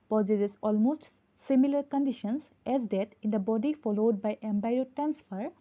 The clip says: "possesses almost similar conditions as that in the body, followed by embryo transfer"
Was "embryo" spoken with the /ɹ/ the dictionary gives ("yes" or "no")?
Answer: no